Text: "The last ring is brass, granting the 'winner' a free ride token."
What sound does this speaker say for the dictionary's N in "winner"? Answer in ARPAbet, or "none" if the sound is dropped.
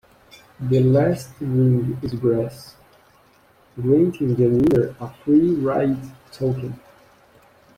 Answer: none